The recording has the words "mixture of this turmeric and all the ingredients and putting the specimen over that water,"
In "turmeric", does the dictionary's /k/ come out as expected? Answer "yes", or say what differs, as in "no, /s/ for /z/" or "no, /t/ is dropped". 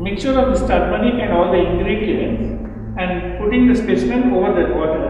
no, /k/ is dropped